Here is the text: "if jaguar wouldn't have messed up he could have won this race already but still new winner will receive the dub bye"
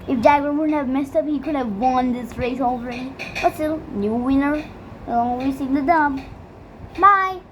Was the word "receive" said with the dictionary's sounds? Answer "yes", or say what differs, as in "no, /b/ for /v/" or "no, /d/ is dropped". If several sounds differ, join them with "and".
no, /w/ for /ɹ/